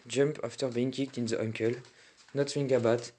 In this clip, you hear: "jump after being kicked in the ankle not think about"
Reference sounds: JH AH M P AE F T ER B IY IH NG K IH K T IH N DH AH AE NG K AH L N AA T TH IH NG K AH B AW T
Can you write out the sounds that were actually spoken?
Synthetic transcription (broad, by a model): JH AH M P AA F T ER B IY IH NG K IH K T IH N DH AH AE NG K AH L N AA T F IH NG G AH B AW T